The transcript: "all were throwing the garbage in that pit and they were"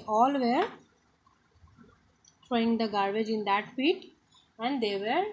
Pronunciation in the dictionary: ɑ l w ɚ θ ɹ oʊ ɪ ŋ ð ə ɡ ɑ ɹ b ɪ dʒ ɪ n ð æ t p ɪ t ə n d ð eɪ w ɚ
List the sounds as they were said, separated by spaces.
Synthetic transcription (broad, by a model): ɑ l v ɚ t ɹ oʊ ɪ ŋ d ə ɡ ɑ ɹ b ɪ dʒ ɪ n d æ t f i t ə n d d eɪ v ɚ